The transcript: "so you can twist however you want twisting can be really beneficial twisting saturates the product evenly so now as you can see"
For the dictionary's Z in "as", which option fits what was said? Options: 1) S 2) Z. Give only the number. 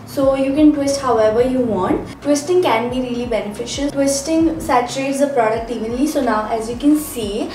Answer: 2